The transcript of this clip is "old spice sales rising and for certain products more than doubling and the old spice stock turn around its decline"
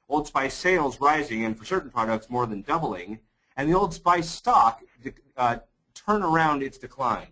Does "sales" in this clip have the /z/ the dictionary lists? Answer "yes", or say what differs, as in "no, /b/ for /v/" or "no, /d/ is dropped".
yes